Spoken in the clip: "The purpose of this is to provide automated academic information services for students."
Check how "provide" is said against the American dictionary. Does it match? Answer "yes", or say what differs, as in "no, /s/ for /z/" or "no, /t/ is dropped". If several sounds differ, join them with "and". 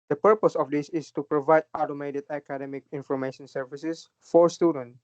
yes